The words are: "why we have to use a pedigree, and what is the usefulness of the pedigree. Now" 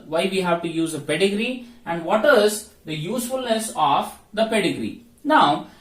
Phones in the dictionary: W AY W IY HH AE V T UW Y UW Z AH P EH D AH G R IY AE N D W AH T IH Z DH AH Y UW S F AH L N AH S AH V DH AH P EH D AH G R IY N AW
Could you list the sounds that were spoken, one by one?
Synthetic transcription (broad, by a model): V AY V IY HH AE V T UW Y UW Z AH P EH D AH G R IY AE N D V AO T IH Z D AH Y UW S F AH L N AH S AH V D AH P EH D AH G R IY N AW